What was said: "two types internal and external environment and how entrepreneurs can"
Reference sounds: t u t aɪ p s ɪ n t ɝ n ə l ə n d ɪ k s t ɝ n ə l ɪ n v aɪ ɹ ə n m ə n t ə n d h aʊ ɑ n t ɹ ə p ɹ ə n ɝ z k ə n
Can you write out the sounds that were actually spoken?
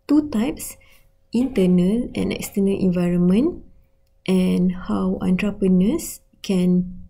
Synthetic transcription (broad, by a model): t u t aɪ p s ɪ n t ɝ n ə l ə n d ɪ k s t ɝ n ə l ɪ n v aɪ ɹ ə n m ə n t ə n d h aʊ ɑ n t ɹ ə p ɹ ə n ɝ s k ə n